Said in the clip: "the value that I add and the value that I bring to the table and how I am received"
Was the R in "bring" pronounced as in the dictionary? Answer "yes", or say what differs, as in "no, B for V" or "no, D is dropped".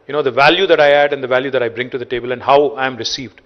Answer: yes